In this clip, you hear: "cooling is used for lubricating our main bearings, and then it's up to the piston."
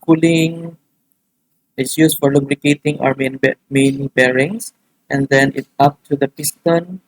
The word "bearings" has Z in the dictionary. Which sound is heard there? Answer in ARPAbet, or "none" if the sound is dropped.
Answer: S